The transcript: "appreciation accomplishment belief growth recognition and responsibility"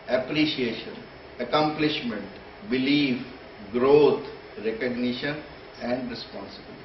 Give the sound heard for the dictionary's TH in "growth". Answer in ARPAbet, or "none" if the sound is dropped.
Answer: T